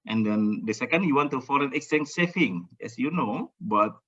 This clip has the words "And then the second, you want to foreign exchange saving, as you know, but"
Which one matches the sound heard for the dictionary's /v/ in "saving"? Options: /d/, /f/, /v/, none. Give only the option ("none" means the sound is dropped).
/f/